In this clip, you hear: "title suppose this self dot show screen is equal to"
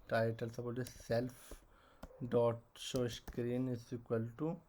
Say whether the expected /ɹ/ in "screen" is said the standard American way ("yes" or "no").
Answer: yes